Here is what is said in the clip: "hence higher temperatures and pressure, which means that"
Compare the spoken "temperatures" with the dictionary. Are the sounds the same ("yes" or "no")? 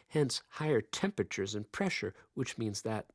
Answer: yes